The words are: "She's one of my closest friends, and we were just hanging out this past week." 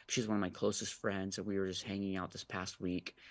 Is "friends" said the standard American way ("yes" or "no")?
yes